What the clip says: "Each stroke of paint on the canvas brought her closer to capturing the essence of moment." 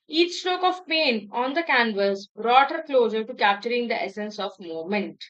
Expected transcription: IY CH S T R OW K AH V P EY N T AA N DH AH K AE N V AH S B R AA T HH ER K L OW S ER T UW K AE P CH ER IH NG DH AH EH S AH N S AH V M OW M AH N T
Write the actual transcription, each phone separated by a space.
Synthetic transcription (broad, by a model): IY CH S T R OW K AH V P EY N AA N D AH K AE N V AH S B R AA T HH ER K L OW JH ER T UW K AE P CH ER IH NG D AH EH S AH N S AH V M OW M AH N T